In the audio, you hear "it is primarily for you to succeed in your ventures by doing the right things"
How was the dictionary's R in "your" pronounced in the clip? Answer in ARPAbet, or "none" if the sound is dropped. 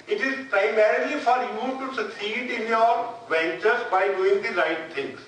R